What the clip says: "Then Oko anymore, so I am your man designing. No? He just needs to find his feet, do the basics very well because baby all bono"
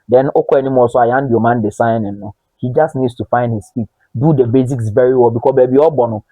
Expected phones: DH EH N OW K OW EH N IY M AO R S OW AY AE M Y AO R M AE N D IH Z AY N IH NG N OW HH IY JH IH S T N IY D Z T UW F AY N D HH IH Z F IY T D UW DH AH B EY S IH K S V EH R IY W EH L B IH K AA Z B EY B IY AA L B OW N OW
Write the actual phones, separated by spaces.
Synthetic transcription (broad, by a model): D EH N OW K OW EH N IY M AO S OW AY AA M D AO M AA N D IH S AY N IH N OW HH IY JH IH S T N IY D S T UW F AY N D HH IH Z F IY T D UW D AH B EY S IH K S V EH R IY W EH L B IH K AA S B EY B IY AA B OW N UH